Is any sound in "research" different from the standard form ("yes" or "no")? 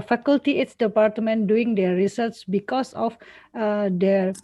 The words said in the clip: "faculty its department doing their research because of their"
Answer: yes